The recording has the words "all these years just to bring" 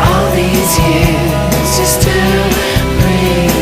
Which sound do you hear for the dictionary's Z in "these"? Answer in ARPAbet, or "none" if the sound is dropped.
Z